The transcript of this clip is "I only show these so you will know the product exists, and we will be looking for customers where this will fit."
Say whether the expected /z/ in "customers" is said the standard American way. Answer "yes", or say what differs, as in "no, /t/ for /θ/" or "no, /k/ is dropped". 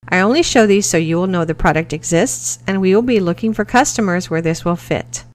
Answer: yes